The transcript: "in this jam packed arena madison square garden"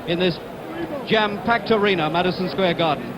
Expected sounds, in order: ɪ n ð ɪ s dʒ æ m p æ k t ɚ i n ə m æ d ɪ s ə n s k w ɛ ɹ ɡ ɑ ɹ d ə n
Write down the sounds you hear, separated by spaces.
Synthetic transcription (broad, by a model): ɪ n ð ɪ s dʒ æ m p æ k t ɚ i n ə m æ d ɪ s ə n s k w ɛ ɡ ɑ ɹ d n